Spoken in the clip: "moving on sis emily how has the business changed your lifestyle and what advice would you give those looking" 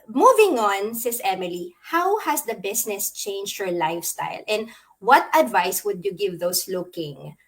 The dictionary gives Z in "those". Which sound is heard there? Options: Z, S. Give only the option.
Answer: S